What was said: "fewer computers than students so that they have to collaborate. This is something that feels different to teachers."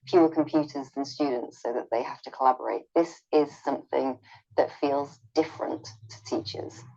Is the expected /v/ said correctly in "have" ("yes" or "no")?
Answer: no